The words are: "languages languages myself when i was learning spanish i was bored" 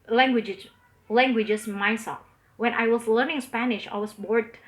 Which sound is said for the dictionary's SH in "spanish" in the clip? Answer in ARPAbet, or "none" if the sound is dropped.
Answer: SH